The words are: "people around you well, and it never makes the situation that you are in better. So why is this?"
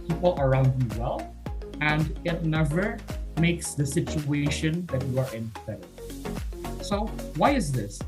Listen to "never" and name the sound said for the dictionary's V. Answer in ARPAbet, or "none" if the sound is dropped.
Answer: V